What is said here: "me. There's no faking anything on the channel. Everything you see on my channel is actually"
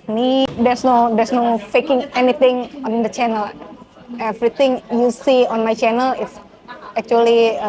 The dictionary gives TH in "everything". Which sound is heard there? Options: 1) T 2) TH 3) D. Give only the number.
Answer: 1